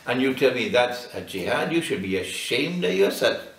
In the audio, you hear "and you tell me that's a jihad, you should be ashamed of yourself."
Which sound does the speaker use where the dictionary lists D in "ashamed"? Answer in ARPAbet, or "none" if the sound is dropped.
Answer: D